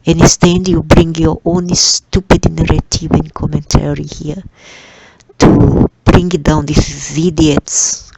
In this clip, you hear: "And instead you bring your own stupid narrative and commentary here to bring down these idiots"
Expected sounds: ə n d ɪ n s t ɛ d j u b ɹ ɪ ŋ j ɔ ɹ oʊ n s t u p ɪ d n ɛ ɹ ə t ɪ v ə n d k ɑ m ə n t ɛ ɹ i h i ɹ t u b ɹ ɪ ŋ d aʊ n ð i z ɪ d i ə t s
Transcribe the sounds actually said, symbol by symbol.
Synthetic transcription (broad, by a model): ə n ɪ s t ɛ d j u b ɹ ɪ ŋ j ɔ ɹ oʊ n s t u p ɪ d n ɛ ɹ ə t ɪ v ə n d k ɑ m ə n t ɛ ɹ i h i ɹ t u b ɹ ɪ ŋ d aʊ n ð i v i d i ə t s